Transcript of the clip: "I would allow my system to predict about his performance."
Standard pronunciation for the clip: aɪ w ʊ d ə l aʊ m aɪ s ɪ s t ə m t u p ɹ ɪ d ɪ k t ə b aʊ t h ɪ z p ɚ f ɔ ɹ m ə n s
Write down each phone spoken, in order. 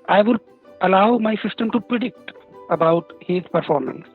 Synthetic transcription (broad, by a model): aɪ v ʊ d ə l aʊ m aɪ s ɪ s t ə m t u p ɹ ɪ d ɪ k t ə b aʊ t h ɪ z p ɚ f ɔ ɹ m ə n s